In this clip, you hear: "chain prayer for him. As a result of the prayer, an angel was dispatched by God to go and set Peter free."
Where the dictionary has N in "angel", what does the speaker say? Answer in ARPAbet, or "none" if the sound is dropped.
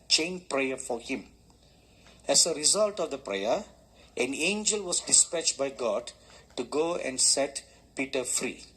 N